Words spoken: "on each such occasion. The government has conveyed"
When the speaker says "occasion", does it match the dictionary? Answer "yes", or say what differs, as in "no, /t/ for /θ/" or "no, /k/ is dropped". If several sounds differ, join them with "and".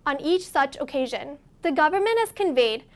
yes